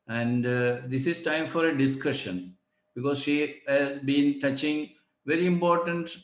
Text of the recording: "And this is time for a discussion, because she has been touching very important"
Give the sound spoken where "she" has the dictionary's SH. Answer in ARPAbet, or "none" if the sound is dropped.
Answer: SH